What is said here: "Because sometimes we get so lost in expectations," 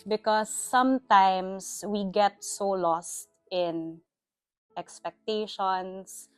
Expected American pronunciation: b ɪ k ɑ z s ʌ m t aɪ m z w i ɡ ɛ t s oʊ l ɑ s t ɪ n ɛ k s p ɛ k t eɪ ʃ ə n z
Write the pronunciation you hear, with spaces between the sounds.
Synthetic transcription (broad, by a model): b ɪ k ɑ s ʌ m t aɪ m s w i ɡ ɛ t s oʊ l ɑ s t ɪ n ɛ k s p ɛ k t eɪ ʃ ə n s